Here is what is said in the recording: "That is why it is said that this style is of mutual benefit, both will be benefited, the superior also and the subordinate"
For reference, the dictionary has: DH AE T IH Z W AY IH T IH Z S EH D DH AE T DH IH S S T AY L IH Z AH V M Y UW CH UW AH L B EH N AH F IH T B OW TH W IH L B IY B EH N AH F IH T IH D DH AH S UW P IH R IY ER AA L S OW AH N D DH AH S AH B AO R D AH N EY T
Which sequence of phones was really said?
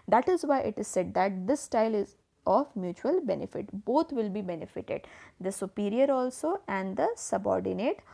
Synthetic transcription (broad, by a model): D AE T IH Z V AY IH T IH Z S EH D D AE T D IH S S T AY L IH Z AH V M Y UW CH UW AH L B EH N AH F IH T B OW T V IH L B IY B EH N AH F IH T IH D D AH S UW P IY R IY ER AA L S OW AH N D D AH S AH B AO R D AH N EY T